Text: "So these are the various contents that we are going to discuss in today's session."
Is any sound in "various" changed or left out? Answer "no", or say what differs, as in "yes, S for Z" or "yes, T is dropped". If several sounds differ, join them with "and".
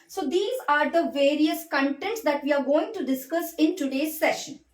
no